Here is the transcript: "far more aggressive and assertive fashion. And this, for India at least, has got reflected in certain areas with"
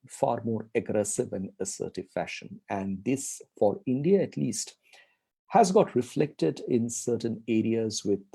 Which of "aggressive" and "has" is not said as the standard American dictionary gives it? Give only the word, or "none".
none